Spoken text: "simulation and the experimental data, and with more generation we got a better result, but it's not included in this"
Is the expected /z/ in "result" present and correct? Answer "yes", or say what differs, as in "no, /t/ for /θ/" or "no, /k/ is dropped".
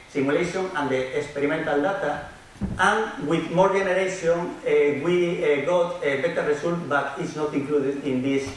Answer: no, /s/ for /z/